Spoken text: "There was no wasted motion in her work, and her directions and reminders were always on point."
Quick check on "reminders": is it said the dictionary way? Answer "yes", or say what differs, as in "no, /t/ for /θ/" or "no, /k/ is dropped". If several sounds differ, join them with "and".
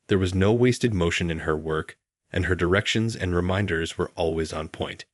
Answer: yes